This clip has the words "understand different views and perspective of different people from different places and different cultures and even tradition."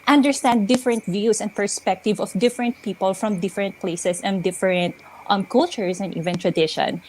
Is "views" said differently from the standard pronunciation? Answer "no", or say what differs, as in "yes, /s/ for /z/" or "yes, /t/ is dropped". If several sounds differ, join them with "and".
yes, /s/ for /z/